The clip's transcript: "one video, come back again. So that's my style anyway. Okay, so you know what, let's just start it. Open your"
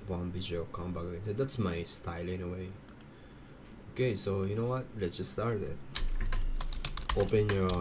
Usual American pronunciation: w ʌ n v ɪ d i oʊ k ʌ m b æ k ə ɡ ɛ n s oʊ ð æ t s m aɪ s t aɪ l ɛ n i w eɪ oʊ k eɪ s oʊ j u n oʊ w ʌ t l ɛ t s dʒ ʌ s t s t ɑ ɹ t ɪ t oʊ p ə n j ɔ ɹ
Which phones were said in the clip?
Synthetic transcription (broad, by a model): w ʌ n b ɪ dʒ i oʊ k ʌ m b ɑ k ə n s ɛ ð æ t s m aɪ s t aɪ l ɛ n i w eɪ oʊ k eɪ s oʊ j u n oʊ w ʌ t l ɛ t s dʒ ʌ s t s t ɑ ɹ t ɪ t oʊ p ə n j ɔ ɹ